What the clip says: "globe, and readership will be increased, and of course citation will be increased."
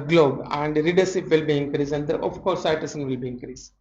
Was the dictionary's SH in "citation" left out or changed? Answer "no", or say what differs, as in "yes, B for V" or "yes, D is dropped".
yes, S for SH